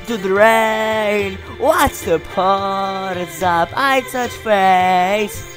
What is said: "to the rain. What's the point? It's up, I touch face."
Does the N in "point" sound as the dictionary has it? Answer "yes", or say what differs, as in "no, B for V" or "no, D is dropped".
no, N is dropped